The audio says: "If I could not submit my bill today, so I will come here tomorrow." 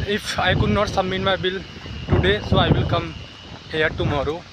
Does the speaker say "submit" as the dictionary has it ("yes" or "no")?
no